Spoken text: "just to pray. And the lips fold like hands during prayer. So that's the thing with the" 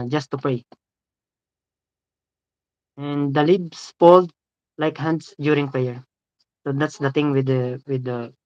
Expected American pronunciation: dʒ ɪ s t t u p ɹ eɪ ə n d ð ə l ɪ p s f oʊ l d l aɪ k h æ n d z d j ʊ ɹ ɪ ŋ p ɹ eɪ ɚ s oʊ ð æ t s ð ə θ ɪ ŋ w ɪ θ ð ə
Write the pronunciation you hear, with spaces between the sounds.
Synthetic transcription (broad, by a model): dʒ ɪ s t t u p ɹ eɪ ə n d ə l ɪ b s p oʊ l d l aɪ k h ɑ n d s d j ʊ ɹ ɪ ŋ p ɹ eɪ ɚ s oʊ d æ t s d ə t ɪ ŋ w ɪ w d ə